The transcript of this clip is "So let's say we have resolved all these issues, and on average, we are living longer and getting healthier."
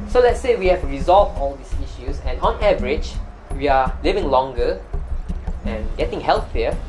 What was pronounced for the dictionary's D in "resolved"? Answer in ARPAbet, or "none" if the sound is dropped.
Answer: none